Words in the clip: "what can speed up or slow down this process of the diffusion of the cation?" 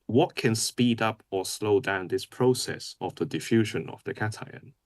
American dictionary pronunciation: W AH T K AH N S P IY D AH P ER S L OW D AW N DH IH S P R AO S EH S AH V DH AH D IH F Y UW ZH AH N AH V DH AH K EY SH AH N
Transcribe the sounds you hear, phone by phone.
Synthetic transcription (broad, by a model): W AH T K AH N S P IY D AH P ER S L OW D AW N DH IH S P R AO S EH S AH V DH AH D IH F Y UW ZH AH N AH V DH AH K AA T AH N